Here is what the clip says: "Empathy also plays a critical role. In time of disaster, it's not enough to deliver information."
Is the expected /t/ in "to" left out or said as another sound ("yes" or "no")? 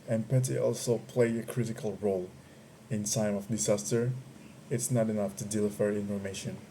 no